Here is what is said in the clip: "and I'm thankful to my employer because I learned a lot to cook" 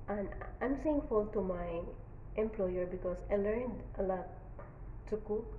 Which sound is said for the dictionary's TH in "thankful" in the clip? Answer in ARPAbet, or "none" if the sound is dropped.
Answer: S